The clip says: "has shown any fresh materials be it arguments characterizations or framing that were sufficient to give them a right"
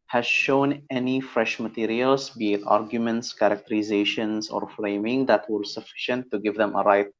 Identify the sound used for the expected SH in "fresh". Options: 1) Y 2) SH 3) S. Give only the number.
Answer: 2